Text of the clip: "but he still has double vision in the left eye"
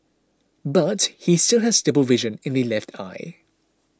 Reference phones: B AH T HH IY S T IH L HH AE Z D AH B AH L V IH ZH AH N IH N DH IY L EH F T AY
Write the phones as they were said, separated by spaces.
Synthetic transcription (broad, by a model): B AH T HH IY S T IH L HH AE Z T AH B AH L V IH ZH AH N IH N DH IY L EH F T AY